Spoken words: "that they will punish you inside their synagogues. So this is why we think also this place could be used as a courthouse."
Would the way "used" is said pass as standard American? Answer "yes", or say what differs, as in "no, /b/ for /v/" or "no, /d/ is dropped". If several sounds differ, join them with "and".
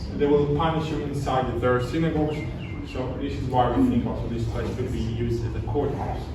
yes